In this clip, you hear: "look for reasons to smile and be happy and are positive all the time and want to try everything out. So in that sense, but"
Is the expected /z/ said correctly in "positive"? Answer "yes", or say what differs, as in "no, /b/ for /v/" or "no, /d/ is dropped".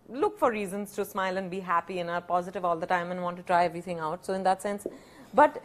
yes